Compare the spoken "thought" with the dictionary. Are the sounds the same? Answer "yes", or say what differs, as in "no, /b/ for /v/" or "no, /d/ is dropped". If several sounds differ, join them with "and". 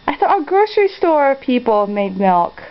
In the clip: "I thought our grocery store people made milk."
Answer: no, /t/ is dropped